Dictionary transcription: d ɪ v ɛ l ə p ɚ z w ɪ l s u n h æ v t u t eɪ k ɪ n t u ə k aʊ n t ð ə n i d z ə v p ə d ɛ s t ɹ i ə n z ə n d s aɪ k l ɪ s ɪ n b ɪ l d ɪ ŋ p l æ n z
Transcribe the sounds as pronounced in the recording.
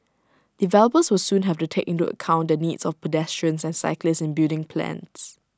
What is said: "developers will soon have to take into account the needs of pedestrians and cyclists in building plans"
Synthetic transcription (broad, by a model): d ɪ v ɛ l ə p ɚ s w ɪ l s u n h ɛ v t u t eɪ k ɪ n t u ə k aʊ n t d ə n i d s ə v p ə d ɛ s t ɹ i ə n s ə n s aɪ k l ɪ s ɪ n b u d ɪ ŋ p l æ n s